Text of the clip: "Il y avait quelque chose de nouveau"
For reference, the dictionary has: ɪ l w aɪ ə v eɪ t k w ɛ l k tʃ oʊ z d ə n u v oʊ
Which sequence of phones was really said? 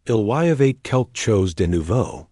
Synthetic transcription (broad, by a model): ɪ l w aɪ ə v eɪ t k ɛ l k tʃ oʊ z d ə n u v oʊ